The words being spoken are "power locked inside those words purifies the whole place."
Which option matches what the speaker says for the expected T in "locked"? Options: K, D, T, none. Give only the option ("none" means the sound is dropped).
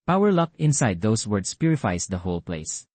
none